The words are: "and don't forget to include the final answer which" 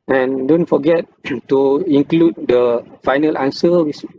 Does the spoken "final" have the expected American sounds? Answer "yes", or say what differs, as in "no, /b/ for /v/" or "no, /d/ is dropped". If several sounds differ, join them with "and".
yes